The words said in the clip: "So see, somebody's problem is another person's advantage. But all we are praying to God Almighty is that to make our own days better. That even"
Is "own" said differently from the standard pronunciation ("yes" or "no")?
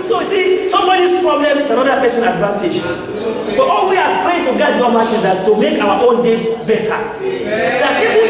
no